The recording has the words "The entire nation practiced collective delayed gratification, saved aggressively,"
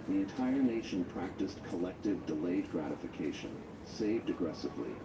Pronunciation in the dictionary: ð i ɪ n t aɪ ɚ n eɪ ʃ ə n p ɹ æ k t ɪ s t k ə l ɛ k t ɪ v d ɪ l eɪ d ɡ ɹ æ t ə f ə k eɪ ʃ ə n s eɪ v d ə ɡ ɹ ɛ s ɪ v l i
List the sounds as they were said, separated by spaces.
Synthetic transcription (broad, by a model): ð i ɪ n t aɪ ɚ n eɪ ʃ ə n p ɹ æ k t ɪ s k ə l ɛ k t ɪ v d ɪ l eɪ d ɡ ɹ æ t ə f ə k eɪ ʃ ə n s eɪ v d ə ɡ ɹ ɛ s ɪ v l i